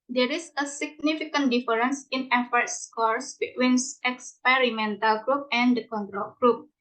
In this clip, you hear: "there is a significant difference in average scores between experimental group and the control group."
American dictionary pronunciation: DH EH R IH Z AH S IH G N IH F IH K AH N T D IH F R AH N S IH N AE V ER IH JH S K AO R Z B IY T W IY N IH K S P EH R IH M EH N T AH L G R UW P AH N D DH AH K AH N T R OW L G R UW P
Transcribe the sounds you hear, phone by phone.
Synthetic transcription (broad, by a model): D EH R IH S AH S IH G N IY F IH K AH N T D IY F R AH N S IH N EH F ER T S K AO R S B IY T W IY N IH K S P EH R IH M EH N T AH L G R UW P AH N D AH K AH N T R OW L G R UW P